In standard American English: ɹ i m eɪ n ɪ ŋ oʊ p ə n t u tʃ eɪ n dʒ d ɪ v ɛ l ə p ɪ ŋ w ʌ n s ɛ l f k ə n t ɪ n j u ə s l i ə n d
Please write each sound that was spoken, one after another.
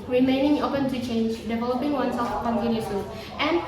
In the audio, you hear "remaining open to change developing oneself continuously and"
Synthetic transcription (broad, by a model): ɹ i m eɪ n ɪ ŋ oʊ p ə n t u tʃ eɪ n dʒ d ɪ v ɛ l ə p ɪ ŋ w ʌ n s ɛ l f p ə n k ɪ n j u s i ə n